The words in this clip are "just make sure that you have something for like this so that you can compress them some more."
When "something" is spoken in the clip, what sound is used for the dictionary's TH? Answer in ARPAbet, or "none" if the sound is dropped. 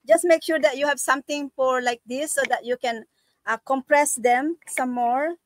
T